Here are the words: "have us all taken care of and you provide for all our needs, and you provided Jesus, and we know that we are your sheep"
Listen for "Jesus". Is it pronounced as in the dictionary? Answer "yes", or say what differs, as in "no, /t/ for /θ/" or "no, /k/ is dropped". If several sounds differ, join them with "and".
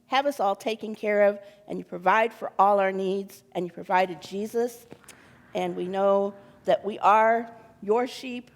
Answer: yes